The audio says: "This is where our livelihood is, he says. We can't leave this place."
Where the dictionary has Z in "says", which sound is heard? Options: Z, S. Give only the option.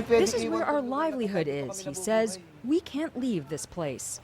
Z